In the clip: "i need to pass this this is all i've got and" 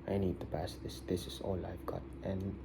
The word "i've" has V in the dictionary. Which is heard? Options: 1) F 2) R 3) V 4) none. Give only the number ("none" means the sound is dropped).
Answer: 1